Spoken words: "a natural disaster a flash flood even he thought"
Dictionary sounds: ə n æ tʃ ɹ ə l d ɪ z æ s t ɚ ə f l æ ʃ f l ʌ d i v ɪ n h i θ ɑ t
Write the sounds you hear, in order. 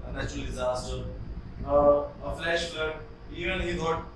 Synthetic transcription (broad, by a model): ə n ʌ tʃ ə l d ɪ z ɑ s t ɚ ə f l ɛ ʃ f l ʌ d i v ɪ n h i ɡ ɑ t